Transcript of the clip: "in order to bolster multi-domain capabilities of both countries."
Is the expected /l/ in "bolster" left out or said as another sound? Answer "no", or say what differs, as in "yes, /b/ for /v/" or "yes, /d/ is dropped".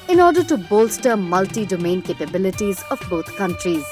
no